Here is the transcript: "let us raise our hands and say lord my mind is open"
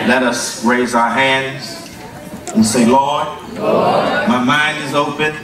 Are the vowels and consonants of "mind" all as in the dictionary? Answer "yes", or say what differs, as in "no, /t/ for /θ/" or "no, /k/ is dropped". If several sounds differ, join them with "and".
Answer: yes